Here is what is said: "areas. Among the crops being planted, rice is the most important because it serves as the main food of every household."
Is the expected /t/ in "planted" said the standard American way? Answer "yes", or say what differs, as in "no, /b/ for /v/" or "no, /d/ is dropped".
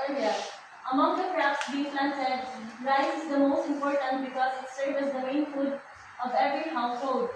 no, /s/ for /t/